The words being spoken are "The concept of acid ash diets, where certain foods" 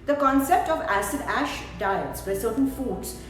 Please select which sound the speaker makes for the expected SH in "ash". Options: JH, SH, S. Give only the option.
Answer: SH